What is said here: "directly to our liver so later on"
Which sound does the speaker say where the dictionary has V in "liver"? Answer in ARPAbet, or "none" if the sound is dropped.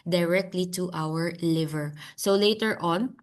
V